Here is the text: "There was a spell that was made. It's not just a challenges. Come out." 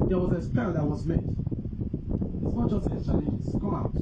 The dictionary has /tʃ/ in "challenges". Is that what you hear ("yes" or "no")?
no